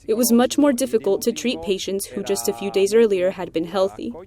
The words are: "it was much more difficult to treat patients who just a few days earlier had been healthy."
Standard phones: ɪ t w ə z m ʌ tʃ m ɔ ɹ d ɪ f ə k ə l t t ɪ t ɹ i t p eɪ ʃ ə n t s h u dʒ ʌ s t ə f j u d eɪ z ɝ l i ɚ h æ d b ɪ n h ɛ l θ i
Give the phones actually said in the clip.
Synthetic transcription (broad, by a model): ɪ t w ə z m ʌ tʃ m ɔ ɹ d ɪ f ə k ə l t t ɪ t ɹ i t p eɪ ʃ ə n t s h u dʒ ʌ s t ə f j u d eɪ z ɝ l i ɚ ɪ d b ɪ n h ɛ l θ i